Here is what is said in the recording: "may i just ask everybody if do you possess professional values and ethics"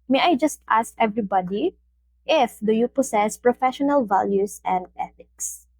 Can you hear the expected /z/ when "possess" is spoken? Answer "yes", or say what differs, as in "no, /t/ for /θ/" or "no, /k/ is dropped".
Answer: no, /s/ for /z/